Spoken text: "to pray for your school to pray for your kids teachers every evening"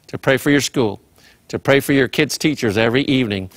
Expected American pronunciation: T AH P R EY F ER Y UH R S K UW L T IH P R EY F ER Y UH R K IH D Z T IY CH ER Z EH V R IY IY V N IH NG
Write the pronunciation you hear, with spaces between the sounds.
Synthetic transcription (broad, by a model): T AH P R EY F ER Y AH R S K UW L T IH P R EY F ER Y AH R K IH D Z T IY CH ER Z EH V R IY IY V N IH NG